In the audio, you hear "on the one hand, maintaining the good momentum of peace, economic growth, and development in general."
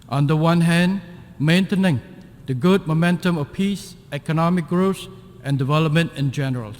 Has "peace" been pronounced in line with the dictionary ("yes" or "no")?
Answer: yes